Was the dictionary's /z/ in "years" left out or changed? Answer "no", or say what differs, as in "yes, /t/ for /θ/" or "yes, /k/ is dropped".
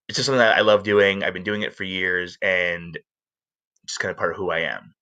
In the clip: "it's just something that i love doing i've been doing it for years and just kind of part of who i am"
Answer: no